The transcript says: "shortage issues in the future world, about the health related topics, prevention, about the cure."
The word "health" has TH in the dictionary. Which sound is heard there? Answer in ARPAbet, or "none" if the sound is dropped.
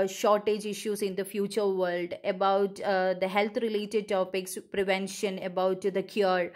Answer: T